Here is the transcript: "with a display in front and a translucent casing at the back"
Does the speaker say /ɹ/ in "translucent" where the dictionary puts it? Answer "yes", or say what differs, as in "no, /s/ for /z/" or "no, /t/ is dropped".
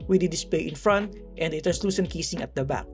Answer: no, /ɹ/ is dropped